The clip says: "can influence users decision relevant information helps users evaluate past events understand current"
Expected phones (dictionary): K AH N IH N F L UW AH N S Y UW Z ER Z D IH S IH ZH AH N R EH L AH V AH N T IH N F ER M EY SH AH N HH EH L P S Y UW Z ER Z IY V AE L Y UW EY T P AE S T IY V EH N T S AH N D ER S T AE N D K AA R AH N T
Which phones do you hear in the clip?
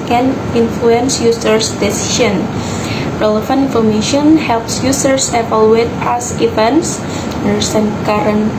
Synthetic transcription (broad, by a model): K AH N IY N F L UW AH N S Y UW S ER S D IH S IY SH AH N R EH L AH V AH N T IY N F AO M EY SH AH N HH EH L P S Y UW S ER S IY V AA L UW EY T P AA S IY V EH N S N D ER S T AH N K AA R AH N